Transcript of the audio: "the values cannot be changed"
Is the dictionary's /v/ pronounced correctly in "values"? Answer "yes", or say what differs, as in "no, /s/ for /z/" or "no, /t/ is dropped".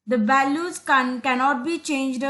no, /b/ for /v/